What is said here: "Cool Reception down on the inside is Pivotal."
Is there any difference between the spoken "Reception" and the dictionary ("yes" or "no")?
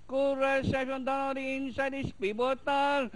yes